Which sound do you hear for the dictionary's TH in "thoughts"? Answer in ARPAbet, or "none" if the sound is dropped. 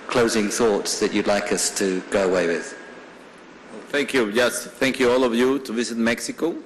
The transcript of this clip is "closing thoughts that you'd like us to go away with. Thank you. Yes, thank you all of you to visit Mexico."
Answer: TH